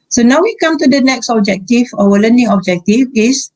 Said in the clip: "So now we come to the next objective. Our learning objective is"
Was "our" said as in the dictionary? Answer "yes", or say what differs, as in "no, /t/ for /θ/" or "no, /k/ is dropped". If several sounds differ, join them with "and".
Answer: no, /w/ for /ɹ/